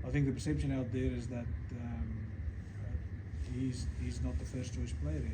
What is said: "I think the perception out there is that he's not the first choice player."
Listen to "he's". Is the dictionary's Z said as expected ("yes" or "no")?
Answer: yes